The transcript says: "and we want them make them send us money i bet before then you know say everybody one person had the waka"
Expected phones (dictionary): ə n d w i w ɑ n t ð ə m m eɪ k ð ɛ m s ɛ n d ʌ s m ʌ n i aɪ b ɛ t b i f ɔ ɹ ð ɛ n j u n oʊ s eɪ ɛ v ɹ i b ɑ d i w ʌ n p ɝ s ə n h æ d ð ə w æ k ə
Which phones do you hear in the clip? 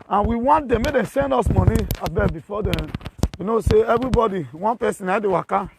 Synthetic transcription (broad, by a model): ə n w i w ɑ n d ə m m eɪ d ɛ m s ɛ n d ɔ s m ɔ n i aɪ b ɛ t b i f ɔ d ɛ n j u n oʊ s eɪ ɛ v ɹ i b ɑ d i w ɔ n p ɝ s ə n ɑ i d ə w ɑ k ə